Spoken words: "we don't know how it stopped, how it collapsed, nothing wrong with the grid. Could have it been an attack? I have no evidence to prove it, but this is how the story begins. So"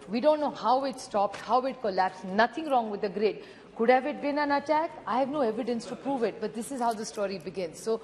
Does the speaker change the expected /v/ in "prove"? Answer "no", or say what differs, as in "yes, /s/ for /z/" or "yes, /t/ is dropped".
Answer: no